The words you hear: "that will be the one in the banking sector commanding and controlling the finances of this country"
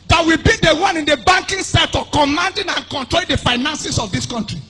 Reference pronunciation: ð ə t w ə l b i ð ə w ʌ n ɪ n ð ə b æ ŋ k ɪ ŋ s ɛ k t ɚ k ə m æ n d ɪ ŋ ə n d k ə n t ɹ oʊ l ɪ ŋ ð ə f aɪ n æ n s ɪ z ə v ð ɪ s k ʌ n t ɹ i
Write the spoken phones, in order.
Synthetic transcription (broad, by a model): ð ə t w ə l b i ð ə w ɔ n ɪ n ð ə b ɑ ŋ k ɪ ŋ s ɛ t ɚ k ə m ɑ n d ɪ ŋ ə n k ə n t ɹ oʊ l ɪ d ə f aɪ n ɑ n s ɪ s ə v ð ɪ s k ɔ n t ɹ i